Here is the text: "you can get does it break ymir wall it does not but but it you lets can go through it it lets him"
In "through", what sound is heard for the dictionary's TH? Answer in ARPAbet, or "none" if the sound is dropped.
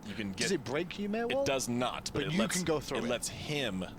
TH